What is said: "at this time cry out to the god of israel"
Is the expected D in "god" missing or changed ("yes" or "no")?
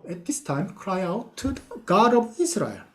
no